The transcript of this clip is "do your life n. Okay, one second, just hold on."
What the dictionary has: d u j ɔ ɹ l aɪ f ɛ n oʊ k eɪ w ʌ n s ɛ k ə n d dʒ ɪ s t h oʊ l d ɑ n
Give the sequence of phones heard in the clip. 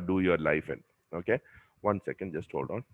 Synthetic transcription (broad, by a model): d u j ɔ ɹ l aɪ f ɛ n oʊ k eɪ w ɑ n s ɛ k ə n d dʒ ɪ s t h oʊ l d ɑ n